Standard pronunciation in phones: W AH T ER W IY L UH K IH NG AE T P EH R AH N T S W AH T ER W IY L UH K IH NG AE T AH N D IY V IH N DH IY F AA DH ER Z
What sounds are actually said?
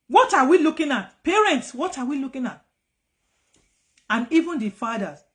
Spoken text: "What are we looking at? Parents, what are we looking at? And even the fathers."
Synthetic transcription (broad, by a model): W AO T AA W IY L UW K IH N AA T P EH R AH N T S W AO T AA W IY L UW K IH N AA T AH N IY V IH N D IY F AA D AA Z